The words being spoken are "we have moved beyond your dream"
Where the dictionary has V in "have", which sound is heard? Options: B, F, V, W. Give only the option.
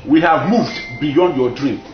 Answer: V